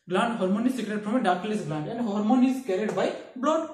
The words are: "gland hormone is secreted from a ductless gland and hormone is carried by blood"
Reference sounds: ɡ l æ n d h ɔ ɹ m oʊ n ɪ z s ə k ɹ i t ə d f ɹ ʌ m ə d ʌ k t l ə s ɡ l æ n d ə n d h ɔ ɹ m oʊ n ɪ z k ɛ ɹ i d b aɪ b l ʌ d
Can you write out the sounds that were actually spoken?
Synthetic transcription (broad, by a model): ɡ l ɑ n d h ɔ ɹ m oʊ n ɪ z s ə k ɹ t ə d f ɹ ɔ m ə d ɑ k l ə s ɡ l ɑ n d ə n d h ɔ ɹ m oʊ n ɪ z k ɛ ɹ i d b aɪ b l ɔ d